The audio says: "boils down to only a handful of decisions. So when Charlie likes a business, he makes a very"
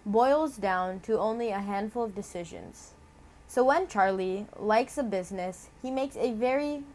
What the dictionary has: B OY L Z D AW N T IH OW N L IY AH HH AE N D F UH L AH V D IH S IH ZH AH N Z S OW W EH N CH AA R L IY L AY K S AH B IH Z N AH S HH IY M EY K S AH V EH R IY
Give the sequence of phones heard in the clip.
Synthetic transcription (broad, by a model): B OY L Z D AW N T IH OW N L IY AH HH AE N D F UH L AH V D IH S IH ZH AH N Z S OW W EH N CH AA R L IY L AY K S AH B IH Z N AH S HH IY M EY K S AH V EH R IY